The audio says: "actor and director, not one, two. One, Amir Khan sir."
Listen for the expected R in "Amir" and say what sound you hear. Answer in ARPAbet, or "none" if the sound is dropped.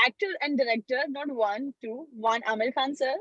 L